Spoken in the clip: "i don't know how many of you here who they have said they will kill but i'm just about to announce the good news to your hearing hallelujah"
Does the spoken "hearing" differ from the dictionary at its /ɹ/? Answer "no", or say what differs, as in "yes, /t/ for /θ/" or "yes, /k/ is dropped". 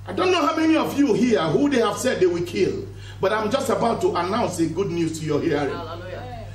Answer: yes, /ɹ/ is dropped